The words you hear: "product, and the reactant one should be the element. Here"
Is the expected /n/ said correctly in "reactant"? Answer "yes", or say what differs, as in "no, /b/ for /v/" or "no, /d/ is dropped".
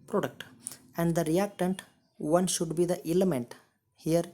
yes